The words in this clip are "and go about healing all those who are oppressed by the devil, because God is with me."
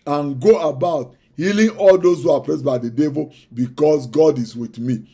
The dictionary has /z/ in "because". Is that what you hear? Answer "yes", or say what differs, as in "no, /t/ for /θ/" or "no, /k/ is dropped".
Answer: no, /s/ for /z/